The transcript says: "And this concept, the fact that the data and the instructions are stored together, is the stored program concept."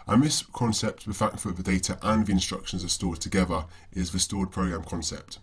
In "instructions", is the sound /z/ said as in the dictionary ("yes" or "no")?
yes